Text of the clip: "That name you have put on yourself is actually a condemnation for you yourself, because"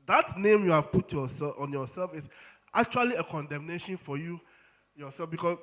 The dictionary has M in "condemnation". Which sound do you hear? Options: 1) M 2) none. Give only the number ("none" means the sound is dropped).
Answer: 1